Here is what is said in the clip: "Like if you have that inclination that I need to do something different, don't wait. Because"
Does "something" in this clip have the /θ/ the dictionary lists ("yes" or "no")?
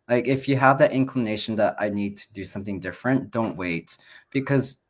yes